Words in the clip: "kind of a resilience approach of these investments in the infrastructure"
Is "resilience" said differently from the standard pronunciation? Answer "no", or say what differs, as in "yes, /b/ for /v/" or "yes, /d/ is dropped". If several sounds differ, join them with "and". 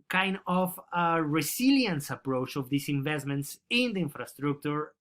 yes, /s/ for /z/